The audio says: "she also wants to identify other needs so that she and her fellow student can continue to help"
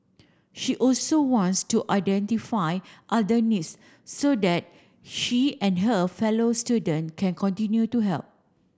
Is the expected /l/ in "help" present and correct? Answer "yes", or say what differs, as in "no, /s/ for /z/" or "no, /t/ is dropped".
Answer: yes